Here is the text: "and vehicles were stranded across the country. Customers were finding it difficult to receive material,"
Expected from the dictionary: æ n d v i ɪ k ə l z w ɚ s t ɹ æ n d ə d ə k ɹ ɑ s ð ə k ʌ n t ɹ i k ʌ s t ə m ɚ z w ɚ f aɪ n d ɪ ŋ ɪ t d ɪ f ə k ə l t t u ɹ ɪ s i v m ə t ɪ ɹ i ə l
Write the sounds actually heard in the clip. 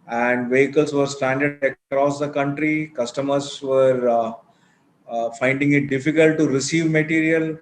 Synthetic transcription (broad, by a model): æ n d v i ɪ k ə l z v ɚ s t æ n d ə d ə k ɹ ɑ s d ə k ʌ n t ɹ i k ʌ s t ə m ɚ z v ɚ f aɪ n d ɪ ŋ ɪ t d ɪ f ə k ə l t t u ɹ ɪ s i v m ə t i ɹ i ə l